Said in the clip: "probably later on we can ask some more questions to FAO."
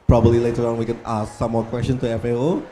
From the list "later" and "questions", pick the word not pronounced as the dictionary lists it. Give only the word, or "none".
questions